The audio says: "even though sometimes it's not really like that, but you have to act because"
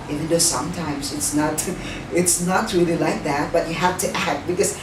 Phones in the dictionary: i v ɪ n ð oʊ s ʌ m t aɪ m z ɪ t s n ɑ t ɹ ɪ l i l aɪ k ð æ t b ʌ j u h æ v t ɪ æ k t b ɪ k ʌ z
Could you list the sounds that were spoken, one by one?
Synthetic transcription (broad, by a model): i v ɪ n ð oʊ s ʌ m t aɪ m z ɪ t s n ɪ t ɹ ɪ l i l aɪ k ð æ t b ʌ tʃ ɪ h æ f t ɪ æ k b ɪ k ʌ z